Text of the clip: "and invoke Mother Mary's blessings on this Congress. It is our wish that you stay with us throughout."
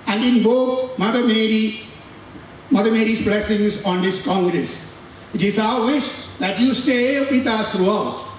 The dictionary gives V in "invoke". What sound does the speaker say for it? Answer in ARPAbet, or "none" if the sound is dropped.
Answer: B